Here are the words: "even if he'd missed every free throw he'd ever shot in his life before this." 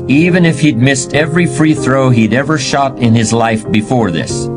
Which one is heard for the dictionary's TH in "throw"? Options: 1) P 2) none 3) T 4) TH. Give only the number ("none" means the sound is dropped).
4